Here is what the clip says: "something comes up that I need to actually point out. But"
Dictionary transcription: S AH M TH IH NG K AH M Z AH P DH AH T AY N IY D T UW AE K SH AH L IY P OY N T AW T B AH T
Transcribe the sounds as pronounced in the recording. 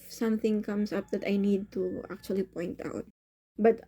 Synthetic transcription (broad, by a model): S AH M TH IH NG K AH M S AH P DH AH T AY N IY D T UW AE K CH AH L IY P OY N T AW T B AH T